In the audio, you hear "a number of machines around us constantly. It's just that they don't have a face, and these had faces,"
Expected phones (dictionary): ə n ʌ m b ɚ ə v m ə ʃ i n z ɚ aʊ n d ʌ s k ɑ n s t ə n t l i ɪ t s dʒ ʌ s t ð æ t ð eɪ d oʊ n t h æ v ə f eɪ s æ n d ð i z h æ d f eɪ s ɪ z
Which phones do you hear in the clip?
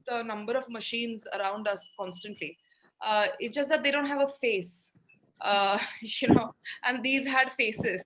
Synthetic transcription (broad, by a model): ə n ʌ m b ɚ ə v m ə ʃ i n z ɚ aʊ n d ʌ s k ɑ n s t ə n t l i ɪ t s dʒ ʌ s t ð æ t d eɪ d oʊ n t h æ v ə f eɪ s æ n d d i z h æ d f eɪ s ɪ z